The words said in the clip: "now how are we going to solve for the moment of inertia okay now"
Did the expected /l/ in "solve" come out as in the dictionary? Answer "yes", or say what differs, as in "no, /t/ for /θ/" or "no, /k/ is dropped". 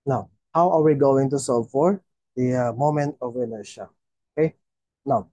no, /l/ is dropped